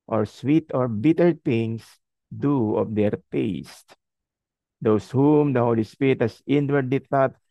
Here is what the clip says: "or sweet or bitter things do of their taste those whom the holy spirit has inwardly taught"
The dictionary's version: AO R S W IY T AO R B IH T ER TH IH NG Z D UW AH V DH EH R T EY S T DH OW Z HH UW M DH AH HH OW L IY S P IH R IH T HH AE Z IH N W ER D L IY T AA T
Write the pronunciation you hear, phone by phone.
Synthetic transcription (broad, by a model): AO R S W IY T AO R B IH T ER T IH NG S D UW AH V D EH R T EY S T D OW S HH UW M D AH HH OW L IY S P IH R IH T HH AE S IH N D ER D IY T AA T